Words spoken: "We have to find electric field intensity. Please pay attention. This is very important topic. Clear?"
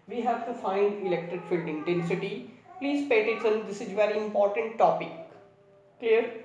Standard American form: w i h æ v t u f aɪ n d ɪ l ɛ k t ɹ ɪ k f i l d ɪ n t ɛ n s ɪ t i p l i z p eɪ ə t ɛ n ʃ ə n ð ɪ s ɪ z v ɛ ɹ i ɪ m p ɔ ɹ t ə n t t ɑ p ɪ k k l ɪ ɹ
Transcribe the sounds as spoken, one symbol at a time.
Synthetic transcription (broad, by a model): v i h æ v t u f aɪ n d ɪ l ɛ k t ɹ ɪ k f i l d ɪ n t ɛ n s ɪ t i p l i z p eɪ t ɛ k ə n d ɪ s ɪ z v ɛ ɹ i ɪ m p ɔ ɹ t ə n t t ɑ p ɪ k k l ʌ ɹ